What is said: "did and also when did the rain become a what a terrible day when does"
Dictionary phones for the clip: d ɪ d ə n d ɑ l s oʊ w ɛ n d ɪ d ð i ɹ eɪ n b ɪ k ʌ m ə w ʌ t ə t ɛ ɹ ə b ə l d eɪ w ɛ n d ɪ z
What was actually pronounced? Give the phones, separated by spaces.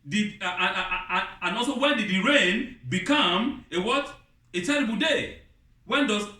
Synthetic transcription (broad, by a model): d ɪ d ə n ɑ l s oʊ w ɛ n d ɪ d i ɹ eɪ n b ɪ k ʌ m ə w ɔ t ə t ɛ ɹ ə b ə l d eɪ w ɛ n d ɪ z